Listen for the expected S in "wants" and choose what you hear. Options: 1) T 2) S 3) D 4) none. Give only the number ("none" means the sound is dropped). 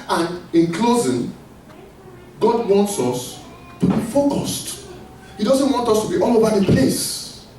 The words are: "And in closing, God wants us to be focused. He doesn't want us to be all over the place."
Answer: 2